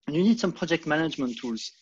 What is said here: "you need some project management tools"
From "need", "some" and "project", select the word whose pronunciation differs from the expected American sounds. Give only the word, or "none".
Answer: none